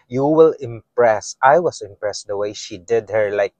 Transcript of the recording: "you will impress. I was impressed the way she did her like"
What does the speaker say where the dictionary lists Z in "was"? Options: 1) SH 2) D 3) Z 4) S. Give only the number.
4